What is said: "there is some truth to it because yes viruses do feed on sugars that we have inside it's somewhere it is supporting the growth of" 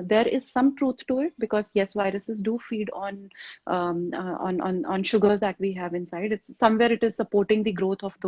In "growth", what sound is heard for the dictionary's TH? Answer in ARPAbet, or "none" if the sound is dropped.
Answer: T